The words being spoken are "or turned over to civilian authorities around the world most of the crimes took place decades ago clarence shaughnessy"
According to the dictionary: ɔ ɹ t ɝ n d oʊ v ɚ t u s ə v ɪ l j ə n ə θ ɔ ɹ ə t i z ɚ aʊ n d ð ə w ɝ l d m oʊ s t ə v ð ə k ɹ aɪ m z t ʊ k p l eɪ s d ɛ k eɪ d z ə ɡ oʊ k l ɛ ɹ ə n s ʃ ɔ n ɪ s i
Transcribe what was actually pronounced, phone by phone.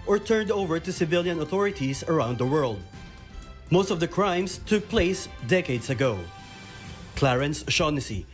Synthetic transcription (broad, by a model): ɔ ɹ t ɝ n d oʊ v ɚ t u s ə v ɪ l j ə n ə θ ɔ ɹ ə t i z ɚ aʊ n d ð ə w ɝ l d m oʊ s t ə v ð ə k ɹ aɪ m s t ʊ k p l eɪ s d ɛ k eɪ d s ə ɡ oʊ k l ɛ ɹ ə n s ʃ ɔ n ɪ s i